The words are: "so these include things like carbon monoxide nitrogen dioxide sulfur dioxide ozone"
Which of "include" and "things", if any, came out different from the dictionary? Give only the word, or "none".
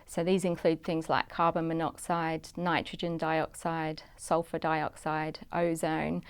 none